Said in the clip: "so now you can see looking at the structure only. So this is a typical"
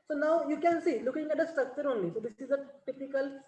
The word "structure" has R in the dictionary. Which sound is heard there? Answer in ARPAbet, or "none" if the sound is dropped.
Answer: none